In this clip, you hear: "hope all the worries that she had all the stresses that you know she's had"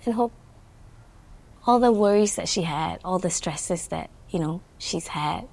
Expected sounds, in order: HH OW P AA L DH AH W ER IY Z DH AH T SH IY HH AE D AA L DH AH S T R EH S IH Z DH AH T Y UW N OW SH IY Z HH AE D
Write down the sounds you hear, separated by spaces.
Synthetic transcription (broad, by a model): HH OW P AA L DH AH W ER IY Z DH AH T SH IY HH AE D AA L DH AH S T R EH S IH Z DH AH T Y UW N OW SH IY Z HH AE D